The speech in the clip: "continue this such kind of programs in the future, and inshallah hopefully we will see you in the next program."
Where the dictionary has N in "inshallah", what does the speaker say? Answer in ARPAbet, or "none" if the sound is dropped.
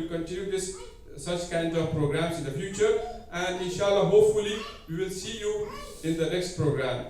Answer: N